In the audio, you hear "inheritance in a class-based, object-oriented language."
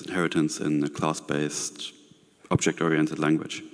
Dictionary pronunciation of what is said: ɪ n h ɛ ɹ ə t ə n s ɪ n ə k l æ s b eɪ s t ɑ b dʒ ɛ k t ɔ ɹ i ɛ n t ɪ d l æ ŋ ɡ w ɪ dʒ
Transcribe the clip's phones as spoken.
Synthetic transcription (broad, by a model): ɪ n h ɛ ɹ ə t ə n s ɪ n ə k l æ s b eɪ s t ɑ b dʒ ɛ k t ɔ ɹ i ɛ n t ɪ d l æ ŋ ɡ w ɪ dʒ